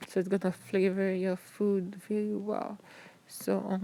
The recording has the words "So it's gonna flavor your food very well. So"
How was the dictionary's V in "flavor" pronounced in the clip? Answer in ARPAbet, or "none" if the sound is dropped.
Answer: V